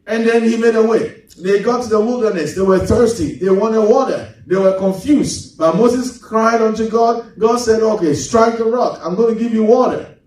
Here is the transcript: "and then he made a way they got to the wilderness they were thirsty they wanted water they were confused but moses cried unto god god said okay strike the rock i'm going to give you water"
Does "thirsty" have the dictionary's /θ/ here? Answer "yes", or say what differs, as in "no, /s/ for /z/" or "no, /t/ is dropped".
yes